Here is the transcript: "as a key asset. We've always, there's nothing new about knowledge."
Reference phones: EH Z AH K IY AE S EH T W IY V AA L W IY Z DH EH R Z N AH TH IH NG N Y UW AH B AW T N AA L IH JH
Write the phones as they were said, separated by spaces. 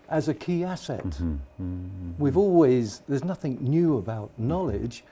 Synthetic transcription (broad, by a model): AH Z AH K IY AE S EH T W IY V AA L W IY Z DH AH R Z N AH TH IH NG N Y UW AH B AW T N AA L IH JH